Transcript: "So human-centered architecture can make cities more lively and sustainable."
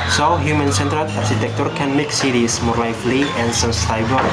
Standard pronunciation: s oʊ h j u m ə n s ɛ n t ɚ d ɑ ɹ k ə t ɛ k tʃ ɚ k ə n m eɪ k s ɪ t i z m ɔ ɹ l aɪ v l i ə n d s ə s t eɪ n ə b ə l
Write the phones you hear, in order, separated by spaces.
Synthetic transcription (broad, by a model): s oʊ h j u m ə n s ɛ n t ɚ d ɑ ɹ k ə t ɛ k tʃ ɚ k ə n m eɪ k s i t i s m ɔ ɹ l aɪ f l i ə n s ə s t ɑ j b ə